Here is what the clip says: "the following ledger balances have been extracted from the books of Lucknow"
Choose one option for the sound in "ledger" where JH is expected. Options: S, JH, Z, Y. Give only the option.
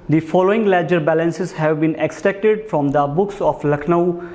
JH